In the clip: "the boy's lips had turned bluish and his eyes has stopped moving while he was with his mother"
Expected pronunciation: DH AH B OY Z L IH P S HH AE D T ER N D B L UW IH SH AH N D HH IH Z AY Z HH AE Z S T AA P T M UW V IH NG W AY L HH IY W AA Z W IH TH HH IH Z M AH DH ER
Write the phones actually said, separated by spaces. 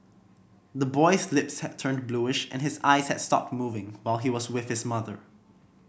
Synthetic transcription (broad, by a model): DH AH B OY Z L IH P S HH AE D T ER N B L UW IH SH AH N HH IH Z AY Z HH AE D S T AA P T M UW V IH NG W AY L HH IY W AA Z W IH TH HH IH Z M AH DH ER